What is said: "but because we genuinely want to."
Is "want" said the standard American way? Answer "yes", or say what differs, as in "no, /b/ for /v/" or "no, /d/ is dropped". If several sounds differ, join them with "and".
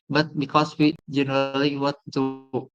no, /n/ is dropped